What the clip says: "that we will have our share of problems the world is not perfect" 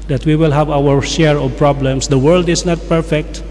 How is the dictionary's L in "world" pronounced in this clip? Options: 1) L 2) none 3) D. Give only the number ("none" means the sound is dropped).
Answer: 1